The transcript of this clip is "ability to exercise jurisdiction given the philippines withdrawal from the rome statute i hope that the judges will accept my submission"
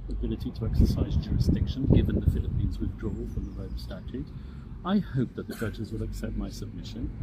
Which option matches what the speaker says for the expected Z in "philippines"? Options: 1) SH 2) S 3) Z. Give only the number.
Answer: 3